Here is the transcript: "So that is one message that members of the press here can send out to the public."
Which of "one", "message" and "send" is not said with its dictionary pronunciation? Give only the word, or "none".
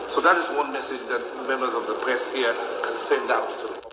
none